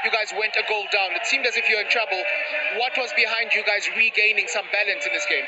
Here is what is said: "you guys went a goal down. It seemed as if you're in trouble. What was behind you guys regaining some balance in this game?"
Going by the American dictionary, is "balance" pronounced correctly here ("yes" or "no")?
yes